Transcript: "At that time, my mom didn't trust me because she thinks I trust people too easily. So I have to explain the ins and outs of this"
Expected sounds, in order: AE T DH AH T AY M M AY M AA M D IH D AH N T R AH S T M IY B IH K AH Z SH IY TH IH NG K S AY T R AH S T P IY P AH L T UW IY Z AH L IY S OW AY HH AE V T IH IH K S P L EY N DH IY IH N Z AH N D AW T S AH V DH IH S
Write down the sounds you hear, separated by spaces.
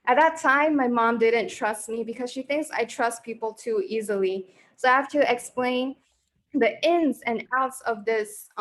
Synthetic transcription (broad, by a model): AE T DH AH T AY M M AY M AA M D IH D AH N T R AH S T M IY B IH K AH Z SH IY TH IH NG K S AY T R AH S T P IY P L T UW IY Z AH L IY S OW AY HH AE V T IH IH K S P L EY N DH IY IH N Z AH N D AW T S AH V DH IH S